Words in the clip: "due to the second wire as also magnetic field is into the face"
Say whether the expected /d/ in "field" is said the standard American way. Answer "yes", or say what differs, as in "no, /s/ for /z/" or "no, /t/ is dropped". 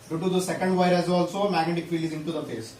no, /d/ is dropped